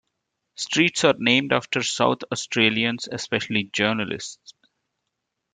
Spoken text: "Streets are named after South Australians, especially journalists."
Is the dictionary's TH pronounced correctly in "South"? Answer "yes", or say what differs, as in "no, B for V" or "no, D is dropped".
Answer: no, T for TH